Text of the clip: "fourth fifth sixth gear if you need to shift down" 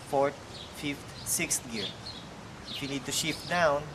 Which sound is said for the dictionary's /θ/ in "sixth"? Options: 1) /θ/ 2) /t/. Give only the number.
2